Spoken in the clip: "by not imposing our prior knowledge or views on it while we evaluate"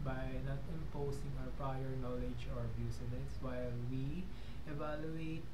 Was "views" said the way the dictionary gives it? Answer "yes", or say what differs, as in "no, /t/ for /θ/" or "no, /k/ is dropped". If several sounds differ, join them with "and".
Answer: no, /b/ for /v/ and /s/ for /z/